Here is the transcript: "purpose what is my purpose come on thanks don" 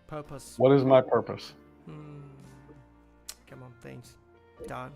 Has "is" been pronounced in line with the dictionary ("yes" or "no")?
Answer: yes